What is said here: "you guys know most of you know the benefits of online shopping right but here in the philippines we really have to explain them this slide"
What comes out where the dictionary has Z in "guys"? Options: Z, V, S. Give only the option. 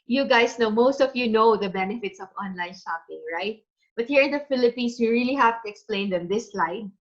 S